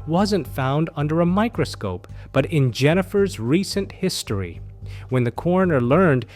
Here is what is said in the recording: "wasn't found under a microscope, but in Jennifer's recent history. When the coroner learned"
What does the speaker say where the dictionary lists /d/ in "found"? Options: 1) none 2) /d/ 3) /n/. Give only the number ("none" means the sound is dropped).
2